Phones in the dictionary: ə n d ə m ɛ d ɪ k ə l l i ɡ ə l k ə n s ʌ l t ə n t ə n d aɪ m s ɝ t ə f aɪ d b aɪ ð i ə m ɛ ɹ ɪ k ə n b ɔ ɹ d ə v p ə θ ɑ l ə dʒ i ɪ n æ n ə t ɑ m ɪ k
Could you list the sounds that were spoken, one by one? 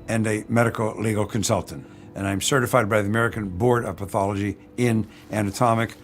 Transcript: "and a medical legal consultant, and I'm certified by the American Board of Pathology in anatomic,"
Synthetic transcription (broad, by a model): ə n ə m ɛ d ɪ k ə l l i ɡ l k ə n s ʌ l t ə n t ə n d aɪ m s ɝ t ə f aɪ d b aɪ ð i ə m ɛ ɹ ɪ k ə n b ɔ ɹ d ə v p ə θ ɑ l ə dʒ i ɪ n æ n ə t ɑ m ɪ k